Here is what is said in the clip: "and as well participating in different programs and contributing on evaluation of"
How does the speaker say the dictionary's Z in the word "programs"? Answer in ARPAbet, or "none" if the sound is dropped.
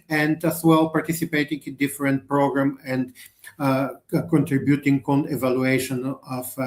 none